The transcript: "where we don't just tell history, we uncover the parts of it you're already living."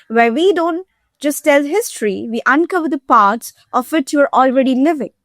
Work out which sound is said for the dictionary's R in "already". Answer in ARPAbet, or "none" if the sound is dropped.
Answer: R